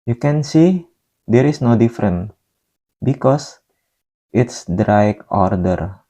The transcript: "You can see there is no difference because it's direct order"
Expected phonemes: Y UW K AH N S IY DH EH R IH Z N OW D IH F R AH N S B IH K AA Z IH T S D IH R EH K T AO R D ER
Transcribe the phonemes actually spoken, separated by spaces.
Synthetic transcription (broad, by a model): Y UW K AH N S IY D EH R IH S N OW D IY F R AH N B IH K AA S IH T S D R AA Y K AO R D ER